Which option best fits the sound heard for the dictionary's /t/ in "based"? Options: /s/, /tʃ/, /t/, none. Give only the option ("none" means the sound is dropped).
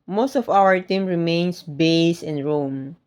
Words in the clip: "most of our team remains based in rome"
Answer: none